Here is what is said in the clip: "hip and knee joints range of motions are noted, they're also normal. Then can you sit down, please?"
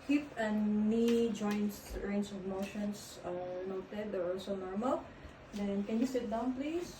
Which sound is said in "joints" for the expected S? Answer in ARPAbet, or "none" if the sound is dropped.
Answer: none